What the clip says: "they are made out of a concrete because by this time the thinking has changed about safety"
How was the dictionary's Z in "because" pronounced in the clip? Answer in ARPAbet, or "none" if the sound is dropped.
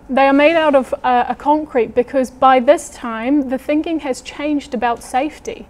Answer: Z